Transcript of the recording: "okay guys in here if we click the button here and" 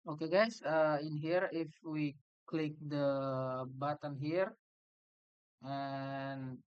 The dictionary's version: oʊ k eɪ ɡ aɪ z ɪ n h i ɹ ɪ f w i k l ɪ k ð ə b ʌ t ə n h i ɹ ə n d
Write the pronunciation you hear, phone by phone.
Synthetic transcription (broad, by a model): oʊ k eɪ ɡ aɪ s ɪ n h i ɹ ɪ f w i k l ɪ k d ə b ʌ t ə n h i ɹ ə n